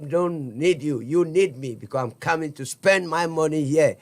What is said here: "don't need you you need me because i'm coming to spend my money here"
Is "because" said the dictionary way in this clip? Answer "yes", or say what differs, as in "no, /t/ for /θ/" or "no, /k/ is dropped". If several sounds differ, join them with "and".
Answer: no, /s/ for /z/